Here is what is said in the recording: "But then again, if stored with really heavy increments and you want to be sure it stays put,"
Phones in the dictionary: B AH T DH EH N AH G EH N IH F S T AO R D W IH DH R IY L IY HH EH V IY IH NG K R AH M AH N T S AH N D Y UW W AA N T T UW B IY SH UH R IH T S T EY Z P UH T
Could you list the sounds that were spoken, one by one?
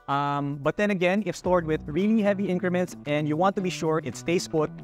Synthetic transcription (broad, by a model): B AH T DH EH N AH G EH N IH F S T AO R D W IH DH R IY L IY HH EH V IY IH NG K R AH M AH N T S AH N D Y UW W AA N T T UW B IY SH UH R IH T S T EY S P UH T